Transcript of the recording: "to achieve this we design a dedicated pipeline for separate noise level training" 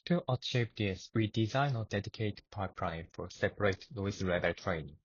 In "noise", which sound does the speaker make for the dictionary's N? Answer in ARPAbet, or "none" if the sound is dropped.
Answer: L